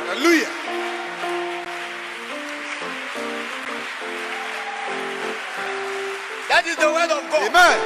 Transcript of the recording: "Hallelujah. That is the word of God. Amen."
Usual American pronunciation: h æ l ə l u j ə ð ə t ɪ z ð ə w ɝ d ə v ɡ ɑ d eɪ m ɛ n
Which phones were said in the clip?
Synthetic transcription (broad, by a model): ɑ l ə l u j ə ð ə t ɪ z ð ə w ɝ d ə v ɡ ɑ eɪ m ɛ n